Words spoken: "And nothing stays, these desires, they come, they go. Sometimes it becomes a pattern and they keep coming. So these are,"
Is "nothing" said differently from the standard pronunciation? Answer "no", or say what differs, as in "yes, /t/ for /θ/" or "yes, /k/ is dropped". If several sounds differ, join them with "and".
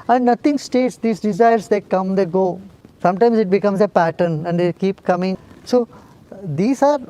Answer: yes, /t/ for /θ/